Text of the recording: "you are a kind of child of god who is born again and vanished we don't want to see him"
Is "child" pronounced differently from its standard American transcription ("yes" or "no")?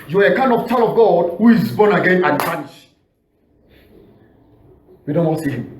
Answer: yes